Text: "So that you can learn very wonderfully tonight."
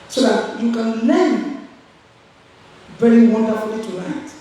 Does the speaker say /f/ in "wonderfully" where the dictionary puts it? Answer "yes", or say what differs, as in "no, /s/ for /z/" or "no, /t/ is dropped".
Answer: no, /f/ is dropped